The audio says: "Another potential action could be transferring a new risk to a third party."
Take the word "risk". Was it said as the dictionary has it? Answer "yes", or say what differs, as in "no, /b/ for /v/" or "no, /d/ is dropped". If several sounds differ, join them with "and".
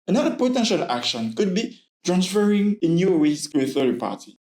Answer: no, /w/ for /ɹ/